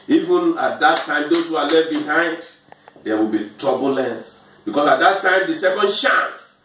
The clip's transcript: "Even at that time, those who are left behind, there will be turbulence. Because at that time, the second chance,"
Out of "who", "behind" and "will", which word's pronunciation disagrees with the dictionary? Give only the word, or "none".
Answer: none